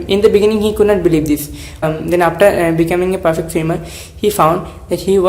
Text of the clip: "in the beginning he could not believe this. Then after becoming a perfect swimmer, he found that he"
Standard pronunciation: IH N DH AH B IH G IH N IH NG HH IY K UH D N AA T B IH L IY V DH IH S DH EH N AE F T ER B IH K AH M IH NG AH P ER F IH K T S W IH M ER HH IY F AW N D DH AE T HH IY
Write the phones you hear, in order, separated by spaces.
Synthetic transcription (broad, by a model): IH N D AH B IH G IH N IH NG HH IY K UH D N AA T B IH L IY V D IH S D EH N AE F T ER B IH K AH M IH NG AH P ER F IH K T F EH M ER HH IY F AW N D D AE T HH IY